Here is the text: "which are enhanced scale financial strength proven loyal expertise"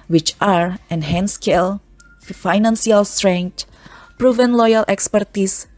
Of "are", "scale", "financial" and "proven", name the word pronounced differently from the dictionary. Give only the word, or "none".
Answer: financial